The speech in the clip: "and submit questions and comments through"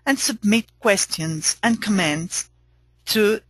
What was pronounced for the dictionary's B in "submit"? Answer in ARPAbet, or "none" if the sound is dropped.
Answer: B